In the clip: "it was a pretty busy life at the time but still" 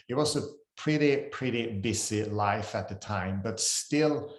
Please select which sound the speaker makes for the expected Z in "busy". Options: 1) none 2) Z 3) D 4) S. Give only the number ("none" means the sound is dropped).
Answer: 4